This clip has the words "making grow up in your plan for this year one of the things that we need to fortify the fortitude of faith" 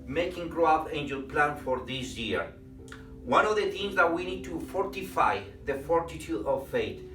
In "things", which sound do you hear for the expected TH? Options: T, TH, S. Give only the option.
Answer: T